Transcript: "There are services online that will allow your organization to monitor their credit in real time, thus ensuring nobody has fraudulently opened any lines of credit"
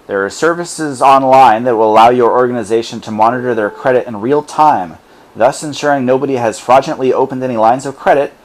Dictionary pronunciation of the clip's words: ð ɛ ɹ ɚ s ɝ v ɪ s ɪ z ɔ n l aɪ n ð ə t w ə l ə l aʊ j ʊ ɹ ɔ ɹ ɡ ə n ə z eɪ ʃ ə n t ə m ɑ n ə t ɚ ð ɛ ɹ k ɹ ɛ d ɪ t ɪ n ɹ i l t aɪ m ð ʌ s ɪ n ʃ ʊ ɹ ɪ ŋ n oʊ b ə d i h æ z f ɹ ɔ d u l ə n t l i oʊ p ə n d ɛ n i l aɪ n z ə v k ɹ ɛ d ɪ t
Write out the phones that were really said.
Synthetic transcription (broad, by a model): ð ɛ ɹ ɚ s ɝ v ɪ s ɪ z ɔ n l aɪ n ð ə t w ə l ə l aʊ j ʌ ɹ ɔ ɹ ɡ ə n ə z eɪ ʃ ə n t ə m ɑ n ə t ɚ ð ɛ ɹ k ɹ ɛ d ɪ t ɪ n ɹ i l t aɪ m ð ʌ s ɪ n ʃ ʊ ɹ ɪ ŋ n oʊ b ə d i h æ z f ɹ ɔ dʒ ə n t l i oʊ p ə n d ɛ n i l aɪ n z ə v k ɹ ɛ d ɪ t